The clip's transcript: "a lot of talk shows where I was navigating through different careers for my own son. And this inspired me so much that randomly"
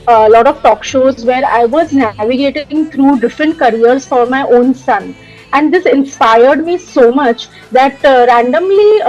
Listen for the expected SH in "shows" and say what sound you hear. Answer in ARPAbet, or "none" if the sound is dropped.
SH